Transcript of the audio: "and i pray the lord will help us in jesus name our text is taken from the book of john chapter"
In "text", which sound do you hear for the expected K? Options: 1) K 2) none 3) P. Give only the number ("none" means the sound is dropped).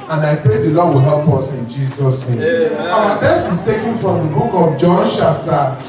2